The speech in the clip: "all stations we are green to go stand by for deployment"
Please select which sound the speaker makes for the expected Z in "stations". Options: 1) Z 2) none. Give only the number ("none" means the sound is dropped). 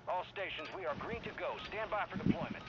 1